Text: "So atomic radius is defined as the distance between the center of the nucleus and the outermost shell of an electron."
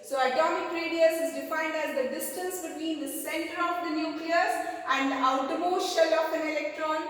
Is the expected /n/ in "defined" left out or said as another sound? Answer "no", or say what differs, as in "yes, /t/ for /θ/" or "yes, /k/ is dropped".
no